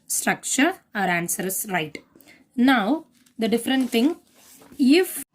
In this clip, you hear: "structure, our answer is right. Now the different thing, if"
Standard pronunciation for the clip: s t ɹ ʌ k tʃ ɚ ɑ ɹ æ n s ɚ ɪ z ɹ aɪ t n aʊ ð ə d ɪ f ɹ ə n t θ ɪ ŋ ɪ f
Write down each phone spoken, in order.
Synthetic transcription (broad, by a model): s t ɹ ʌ k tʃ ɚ ɑ ɹ æ n s ɚ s ɹ aɪ t n aʊ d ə d ɪ f ɹ ə n t t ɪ ŋ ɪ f